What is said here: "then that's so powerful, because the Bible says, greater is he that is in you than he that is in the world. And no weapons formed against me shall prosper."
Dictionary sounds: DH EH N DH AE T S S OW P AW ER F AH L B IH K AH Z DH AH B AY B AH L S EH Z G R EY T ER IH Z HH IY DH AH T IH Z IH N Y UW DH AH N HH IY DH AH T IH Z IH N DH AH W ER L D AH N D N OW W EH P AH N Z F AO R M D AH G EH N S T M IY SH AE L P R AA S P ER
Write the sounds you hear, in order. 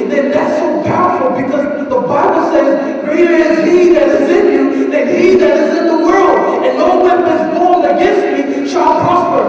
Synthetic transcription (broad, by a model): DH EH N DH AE T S S OW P AW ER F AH L B IH K AH Z DH AH B AY B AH L S EH Z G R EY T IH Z HH IY DH AH T IH Z IH N Y UW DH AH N HH IY DH AH T IH Z IH N DH AH W ER L D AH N N OW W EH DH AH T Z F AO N AH G EH N S T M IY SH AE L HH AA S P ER